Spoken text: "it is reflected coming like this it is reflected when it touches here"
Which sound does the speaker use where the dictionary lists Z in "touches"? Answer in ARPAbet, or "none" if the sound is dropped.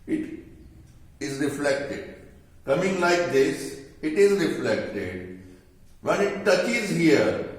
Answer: Z